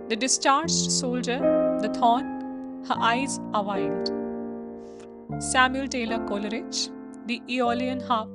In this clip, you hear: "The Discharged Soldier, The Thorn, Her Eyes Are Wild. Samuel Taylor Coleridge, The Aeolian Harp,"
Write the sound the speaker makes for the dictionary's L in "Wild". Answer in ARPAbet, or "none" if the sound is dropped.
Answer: N